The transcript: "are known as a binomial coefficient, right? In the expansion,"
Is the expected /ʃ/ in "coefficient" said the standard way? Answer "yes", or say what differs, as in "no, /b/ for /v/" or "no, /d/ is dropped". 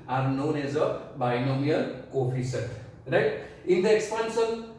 no, /s/ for /ʃ/